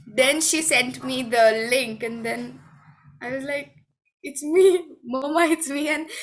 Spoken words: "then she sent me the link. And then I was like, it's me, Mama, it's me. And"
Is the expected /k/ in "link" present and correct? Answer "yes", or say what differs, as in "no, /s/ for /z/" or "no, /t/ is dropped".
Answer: yes